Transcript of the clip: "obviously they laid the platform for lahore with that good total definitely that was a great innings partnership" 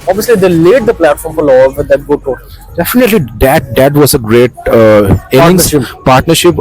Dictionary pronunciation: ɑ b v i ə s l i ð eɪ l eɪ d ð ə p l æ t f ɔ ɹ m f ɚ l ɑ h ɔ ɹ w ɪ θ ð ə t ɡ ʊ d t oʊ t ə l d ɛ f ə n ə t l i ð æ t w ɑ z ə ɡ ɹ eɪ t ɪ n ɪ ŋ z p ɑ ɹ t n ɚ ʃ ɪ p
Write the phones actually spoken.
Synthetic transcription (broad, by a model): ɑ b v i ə s l i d eɪ l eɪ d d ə p l æ t f ɔ ɹ m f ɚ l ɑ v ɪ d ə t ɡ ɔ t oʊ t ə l d ɛ f ə n ə t l i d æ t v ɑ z ə ɡ ɹ eɪ t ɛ ɪ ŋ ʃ p ɑ ɹ t n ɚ ʃ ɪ p